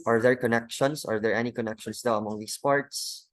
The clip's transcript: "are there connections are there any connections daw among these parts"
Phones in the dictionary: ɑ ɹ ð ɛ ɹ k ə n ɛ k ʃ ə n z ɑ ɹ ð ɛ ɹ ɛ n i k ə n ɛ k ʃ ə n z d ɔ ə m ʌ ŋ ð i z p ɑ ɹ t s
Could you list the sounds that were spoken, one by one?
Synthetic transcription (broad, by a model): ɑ ɹ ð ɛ ɹ k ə n ɛ k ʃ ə n s ɑ ɹ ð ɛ ɹ ɛ n i k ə n ɛ k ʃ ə n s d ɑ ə m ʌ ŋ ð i s p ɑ ɹ t s